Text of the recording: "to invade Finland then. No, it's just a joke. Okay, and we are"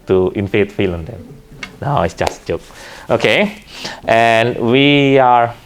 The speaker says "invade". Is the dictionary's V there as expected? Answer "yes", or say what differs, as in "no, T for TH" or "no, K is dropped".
no, F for V